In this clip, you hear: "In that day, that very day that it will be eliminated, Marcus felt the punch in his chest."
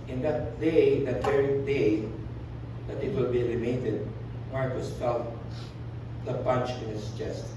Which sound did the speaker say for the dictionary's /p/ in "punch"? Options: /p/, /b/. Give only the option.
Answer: /b/